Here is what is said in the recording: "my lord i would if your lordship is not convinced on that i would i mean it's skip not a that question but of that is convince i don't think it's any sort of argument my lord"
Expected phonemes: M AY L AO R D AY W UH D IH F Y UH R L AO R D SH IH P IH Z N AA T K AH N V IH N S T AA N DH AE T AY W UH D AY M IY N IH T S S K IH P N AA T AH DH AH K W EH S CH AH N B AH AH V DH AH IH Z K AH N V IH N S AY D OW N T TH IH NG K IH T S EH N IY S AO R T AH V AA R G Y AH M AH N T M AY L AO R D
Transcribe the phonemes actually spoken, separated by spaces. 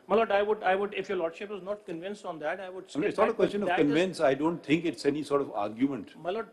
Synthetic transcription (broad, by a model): M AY L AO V D AY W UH D IH F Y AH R L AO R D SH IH P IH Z N AA T K AH N V IH N S T AA N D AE T AY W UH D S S IH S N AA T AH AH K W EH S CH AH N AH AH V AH K AH N V IH N S AY D OW N T T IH NG K IH T S EH N IY S AO R T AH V AA R G Y AH M AH N T M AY L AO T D